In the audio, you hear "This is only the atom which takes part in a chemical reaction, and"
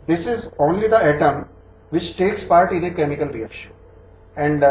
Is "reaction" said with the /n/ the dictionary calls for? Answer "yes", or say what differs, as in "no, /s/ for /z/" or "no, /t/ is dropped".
no, /n/ is dropped